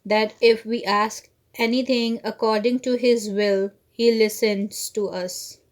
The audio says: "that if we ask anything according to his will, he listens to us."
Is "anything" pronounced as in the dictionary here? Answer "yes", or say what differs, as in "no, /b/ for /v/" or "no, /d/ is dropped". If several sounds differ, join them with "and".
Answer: no, /t/ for /θ/